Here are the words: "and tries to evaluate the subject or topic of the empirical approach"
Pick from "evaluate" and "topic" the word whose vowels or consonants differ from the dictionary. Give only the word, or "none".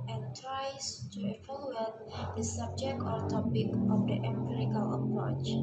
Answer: evaluate